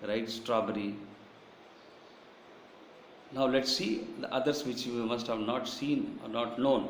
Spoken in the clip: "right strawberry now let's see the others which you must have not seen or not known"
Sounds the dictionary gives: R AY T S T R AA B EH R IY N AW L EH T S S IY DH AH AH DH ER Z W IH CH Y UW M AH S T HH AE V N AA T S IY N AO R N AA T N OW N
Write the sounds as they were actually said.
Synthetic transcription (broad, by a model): R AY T S T R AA B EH R IY N AW L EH T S S IY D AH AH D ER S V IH CH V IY M AH S T HH AE V N AA T S IY N AO R N AA T N OW N